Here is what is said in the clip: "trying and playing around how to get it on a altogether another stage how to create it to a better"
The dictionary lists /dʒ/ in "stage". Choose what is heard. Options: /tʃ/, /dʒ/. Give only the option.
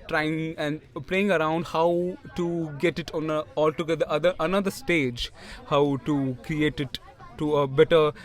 /dʒ/